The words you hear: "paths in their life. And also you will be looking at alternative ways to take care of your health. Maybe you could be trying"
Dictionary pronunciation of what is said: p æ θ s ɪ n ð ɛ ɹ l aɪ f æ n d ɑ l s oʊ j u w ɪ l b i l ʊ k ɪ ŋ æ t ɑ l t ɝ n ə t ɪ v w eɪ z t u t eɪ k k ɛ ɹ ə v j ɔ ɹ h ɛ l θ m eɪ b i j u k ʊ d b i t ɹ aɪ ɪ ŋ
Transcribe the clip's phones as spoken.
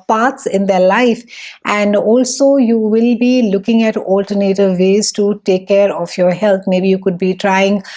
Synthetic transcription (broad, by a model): p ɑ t s ɪ n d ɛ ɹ l aɪ f æ n d ɑ l s oʊ j u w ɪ l b i l ʊ k ɪ ŋ æ t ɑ l t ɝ n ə t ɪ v eɪ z t u t eɪ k k ɛ ɹ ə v j ɔ ɹ h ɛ l t m eɪ b i j u k ʊ d b i t ɹ aɪ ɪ ŋ